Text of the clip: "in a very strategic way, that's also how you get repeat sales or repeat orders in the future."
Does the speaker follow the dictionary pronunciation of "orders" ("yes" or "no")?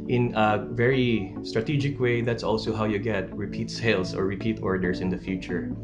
no